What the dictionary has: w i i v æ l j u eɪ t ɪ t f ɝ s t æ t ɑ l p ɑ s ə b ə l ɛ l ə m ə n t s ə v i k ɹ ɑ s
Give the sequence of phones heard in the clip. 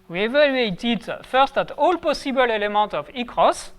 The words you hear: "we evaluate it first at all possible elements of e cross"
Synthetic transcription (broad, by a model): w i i v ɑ l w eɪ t ɪ t f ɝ s t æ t ɑ l p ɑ s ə b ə l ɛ l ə m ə t ə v i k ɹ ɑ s